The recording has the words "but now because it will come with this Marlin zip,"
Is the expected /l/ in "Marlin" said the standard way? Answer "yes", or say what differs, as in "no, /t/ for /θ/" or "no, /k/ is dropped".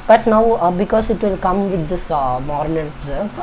no, /n/ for /l/